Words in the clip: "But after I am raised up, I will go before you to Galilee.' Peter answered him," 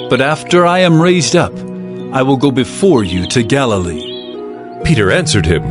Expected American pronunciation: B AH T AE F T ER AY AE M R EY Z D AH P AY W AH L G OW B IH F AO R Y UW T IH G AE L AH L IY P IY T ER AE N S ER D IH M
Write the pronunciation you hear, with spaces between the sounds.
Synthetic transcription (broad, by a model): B AH T AE F T ER AY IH M R EY Z D AH P AY W AH L G OW B IH F AO R Y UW T IH G AE L AH L IY P IY T ER AE N S ER D IH M